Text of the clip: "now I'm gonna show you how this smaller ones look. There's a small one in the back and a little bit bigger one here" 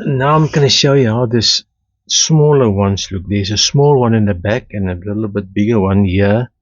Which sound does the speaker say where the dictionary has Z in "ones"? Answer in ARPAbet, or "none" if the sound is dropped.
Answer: S